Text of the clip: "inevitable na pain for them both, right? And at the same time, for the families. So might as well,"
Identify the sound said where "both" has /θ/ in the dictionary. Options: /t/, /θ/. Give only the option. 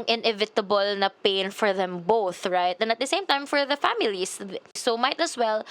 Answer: /θ/